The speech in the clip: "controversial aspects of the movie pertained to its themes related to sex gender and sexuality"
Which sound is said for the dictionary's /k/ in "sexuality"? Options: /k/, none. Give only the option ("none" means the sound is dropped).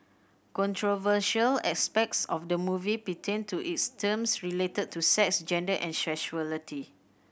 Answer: none